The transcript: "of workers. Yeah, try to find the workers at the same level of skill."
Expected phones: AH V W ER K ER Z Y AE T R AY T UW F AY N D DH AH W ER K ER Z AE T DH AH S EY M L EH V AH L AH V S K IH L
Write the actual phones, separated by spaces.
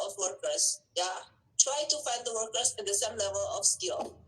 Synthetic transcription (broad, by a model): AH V W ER K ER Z Y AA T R AY T UW F AY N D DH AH W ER K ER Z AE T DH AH S EY M L EH V AH L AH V S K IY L